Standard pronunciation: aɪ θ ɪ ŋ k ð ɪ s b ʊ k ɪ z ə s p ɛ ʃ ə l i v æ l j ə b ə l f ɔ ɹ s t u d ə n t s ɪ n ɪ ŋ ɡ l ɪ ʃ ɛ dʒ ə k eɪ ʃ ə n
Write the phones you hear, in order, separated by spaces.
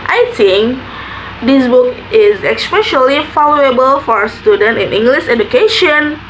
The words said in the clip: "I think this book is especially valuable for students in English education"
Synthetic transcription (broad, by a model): aɪ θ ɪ ŋ k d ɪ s b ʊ k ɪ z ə s p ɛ ʃ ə l i f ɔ l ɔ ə b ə l f ɔ ɹ s t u d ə n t ɪ n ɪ ŋ ɡ l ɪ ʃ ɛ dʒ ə k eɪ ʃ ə n